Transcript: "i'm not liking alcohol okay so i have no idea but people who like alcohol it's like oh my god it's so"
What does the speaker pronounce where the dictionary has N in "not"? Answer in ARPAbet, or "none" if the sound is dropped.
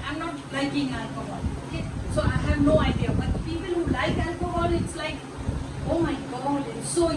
N